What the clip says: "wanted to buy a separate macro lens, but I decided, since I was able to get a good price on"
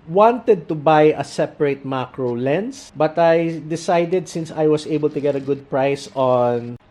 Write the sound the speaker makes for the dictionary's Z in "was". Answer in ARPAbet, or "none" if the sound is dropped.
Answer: S